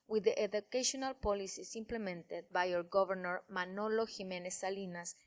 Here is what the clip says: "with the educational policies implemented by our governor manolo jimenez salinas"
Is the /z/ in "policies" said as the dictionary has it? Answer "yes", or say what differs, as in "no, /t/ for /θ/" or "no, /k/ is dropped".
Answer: no, /s/ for /z/